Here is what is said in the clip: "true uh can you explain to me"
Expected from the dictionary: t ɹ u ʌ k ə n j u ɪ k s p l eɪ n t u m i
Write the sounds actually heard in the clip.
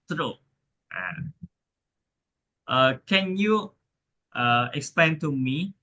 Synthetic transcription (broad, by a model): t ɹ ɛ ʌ k ə n j u ɪ k s p l eɪ n t u m i